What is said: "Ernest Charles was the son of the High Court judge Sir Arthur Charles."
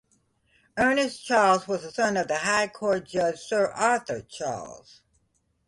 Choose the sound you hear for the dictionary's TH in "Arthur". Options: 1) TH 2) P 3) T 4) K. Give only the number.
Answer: 1